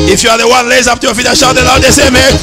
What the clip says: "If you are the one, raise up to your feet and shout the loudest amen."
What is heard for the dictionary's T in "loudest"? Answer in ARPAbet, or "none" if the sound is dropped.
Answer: none